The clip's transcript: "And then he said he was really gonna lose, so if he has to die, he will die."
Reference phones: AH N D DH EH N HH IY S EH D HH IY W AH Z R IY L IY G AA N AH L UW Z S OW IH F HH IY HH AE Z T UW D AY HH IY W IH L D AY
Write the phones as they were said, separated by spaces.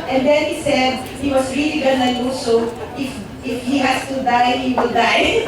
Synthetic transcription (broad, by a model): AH N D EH N HH IY S EH D HH IY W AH S R IY L IY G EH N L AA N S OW IH F HH IY HH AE S T UW D AY HH IY W IH L D AY